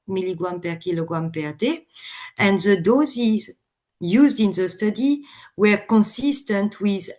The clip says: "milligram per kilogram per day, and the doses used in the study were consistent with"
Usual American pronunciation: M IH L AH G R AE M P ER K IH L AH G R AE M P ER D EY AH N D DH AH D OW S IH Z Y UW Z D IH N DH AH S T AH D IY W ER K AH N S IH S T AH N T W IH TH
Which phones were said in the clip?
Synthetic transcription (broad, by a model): M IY L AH G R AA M P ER K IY L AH G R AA M P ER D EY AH N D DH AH D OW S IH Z Y UW Z D IH N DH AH S T AH D IY W ER K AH N S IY S T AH N T W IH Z